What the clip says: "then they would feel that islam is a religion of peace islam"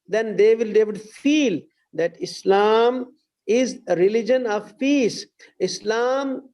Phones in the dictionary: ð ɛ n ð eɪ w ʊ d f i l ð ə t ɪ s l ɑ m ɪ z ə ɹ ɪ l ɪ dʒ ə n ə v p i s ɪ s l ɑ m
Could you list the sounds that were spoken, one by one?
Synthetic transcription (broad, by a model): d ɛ n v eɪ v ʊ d f i l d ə t ɪ s l ɑ m ɪ z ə ɹ ɪ l ɪ dʒ ə n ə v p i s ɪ s l ɑ m